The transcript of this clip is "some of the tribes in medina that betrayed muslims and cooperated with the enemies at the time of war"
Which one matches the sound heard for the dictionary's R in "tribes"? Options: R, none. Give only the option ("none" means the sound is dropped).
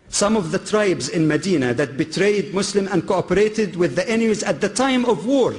R